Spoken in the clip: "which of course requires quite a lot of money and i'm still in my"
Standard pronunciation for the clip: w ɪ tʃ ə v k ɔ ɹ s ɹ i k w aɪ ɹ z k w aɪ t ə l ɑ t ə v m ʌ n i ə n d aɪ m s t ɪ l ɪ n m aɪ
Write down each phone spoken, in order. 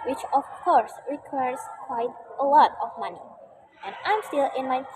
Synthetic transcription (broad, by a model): w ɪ tʃ ə v k ɔ ɹ s ɹ i k w aɪ ɹ z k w aɪ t ə l ɑ t ə v m ʌ n i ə n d aɪ m s t ɪ l ɪ n m aɪ